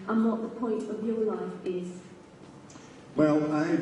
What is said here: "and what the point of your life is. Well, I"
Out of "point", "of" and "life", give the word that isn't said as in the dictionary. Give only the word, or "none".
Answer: none